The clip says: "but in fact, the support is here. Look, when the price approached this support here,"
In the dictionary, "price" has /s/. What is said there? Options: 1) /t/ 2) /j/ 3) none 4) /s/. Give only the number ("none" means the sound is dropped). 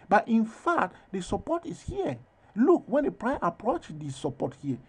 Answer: 3